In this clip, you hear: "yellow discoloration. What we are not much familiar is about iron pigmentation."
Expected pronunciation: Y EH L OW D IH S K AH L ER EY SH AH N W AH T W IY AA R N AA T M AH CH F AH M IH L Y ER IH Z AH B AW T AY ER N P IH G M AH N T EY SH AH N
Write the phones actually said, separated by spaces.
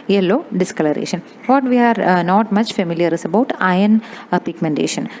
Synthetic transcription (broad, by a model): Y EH L OW D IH S K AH L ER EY SH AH N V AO T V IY AA R N AA T M AH CH F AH M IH L Y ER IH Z AH B AW T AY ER N P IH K M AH N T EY SH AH N